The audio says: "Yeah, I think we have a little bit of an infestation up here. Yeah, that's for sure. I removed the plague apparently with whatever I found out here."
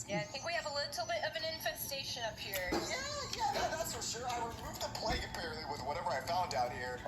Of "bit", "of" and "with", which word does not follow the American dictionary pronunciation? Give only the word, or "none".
none